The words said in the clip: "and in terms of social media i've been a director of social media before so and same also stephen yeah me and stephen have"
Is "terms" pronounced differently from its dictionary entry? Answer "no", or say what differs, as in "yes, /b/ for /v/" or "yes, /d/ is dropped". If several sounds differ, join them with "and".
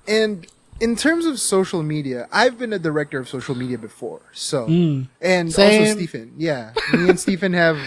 no